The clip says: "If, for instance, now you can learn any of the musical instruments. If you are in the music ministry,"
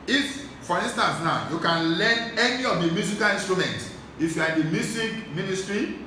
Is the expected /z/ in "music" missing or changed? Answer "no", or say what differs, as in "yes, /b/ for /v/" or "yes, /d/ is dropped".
yes, /s/ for /z/